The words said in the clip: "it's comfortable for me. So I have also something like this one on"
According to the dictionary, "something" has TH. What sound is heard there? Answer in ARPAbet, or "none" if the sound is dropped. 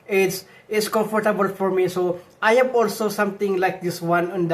T